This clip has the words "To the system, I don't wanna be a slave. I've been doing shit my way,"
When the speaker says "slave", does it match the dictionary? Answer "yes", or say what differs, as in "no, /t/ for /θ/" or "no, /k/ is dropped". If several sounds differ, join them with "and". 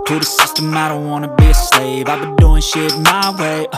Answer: yes